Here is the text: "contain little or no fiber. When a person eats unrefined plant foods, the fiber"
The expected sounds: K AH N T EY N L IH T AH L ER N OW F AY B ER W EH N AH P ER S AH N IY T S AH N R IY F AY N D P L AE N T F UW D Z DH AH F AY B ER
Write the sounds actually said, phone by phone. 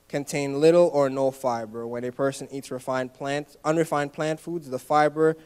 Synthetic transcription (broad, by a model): K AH N T EY N L IH T L ER N OW F AY B ER W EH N AH P ER S AH N IY T S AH N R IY F AY N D P L AE N T F UW D Z DH AH F AY B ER